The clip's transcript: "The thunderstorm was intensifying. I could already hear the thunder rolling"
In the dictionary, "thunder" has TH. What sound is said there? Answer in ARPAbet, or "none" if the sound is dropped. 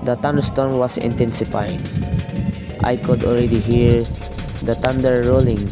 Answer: T